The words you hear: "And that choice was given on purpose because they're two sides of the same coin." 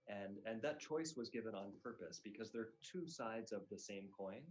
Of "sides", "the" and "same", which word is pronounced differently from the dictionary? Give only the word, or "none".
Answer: none